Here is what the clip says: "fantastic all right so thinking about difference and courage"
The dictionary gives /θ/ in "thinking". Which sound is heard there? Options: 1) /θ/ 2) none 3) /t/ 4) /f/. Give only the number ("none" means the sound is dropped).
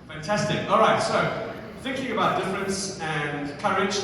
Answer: 1